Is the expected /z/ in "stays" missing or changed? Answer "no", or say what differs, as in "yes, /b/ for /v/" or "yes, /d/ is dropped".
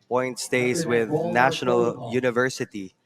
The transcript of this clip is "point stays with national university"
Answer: yes, /s/ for /z/